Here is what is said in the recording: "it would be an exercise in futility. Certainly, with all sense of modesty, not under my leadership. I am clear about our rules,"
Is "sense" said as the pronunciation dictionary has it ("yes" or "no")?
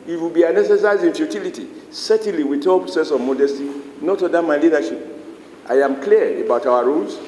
no